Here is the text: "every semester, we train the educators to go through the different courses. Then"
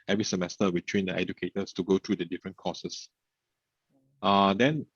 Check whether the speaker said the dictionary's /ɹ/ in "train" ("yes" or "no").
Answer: no